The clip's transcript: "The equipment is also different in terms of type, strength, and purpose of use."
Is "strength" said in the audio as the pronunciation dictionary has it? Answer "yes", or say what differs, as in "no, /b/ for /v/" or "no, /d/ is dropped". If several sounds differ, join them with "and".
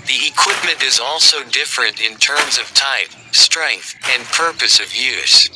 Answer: yes